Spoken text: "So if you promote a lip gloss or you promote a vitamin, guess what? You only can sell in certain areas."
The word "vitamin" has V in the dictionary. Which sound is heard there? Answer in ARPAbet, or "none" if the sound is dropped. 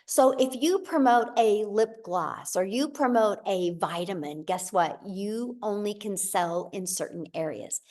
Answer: V